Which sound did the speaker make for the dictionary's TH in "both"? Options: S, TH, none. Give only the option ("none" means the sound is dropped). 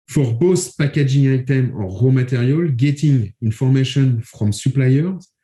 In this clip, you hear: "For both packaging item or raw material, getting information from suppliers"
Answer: S